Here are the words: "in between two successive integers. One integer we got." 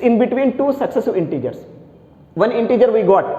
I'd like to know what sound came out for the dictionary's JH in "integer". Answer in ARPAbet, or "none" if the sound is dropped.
JH